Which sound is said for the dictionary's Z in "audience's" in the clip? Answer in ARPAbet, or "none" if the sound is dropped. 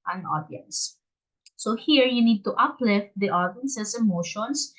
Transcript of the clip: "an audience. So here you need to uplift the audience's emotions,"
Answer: S